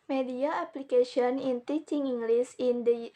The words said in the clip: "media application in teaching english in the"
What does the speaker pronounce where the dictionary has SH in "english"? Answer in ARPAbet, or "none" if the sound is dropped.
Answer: S